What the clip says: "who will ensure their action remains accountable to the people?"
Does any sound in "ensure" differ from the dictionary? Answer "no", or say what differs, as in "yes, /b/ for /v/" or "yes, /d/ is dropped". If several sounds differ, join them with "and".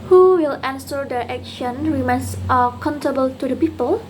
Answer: yes, /s/ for /ʃ/